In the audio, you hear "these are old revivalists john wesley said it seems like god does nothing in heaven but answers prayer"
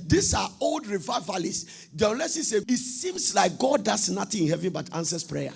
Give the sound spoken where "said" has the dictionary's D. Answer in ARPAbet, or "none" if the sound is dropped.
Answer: none